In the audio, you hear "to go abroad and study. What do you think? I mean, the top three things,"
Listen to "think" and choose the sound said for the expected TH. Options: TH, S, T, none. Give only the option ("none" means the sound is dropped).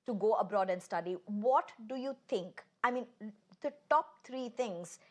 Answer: T